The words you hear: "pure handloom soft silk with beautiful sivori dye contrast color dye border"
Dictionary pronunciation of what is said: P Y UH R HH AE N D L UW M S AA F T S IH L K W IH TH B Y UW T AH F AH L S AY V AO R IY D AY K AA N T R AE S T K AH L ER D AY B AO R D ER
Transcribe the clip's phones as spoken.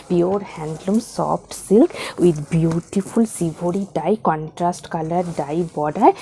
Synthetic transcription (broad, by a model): P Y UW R HH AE N D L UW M S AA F T S IH L K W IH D B Y UW T AH F AH L S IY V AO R IY D AY K AA N T R AE S T K AH L ER D AY B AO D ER